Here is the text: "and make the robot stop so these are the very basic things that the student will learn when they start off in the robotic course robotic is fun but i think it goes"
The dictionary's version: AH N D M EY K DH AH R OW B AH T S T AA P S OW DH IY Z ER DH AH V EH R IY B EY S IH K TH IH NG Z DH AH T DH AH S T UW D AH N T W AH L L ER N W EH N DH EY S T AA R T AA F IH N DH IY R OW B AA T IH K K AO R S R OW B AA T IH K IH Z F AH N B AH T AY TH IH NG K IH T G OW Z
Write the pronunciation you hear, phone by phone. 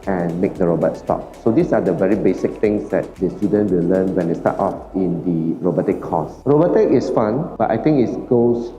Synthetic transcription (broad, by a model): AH N M EY K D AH R OW B AH T S T AA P S OW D IY S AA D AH V EH R IY B EY S IH K T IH NG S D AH T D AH S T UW D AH N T W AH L L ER N W EH N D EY S T AA T AA F IH N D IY R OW B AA T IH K K AO S R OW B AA T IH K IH S F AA N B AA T AY T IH NG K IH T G OW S